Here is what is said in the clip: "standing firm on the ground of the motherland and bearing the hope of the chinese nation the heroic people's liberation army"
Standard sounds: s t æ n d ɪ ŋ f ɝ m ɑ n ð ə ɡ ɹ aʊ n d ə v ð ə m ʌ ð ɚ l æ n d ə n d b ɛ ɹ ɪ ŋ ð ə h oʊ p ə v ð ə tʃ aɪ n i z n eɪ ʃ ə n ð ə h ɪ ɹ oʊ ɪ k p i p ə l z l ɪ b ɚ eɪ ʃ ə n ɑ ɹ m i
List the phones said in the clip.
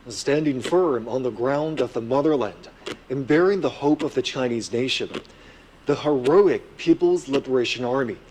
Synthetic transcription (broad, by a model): s t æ n d ɪ ŋ f ɝ m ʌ n ð ə ɡ ɹ aʊ n d ə v ð ə m ʌ ð ɚ l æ n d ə n b ɛ ɹ ɪ ŋ ð ə h oʊ p ə v ð ə tʃ aɪ n i z n eɪ ʃ ə n ð ə h ɪ ɹ oʊ ɪ k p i p l z l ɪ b ɚ eɪ ʃ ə n ɑ ɹ m i